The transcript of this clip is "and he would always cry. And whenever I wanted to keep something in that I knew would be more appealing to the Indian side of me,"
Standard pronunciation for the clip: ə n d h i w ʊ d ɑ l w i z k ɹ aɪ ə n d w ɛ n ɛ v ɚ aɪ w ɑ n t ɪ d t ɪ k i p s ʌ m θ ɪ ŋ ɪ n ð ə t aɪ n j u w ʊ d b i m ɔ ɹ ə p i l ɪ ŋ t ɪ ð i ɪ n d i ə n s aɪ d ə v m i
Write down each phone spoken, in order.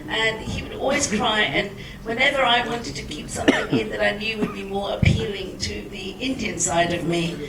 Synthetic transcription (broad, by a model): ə n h i w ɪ d ɑ l w i z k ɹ aɪ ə n w ɛ n ɛ v ɚ aɪ w ɑ n t ɪ d t ɪ k i p s ʌ m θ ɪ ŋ ɪ n ð ə t aɪ n j u w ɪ d b i m ɔ ɹ ə p i l ɪ ŋ t ɪ ð i ɪ n d i ə n s aɪ d ə v m i